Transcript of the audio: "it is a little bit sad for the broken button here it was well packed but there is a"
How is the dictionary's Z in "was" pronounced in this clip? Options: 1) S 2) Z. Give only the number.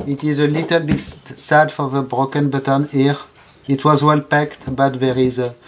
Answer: 2